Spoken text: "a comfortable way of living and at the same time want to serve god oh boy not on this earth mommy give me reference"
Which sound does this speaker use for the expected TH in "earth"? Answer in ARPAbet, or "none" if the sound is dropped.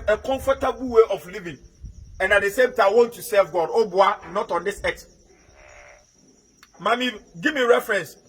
S